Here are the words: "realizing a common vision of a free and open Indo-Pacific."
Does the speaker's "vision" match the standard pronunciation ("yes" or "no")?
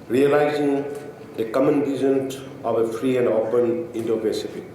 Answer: no